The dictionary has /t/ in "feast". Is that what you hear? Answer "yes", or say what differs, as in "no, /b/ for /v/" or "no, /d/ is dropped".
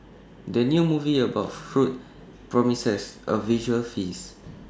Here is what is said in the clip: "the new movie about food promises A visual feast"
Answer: no, /t/ is dropped